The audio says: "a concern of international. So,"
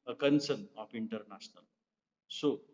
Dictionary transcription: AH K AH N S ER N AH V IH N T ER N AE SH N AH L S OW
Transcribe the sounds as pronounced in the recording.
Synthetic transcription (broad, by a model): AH K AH N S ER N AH P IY N T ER N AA S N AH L S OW